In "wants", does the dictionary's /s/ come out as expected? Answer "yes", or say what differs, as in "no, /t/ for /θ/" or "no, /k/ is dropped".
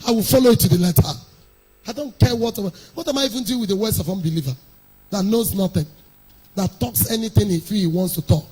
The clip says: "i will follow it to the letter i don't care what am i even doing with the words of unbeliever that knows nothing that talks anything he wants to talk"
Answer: yes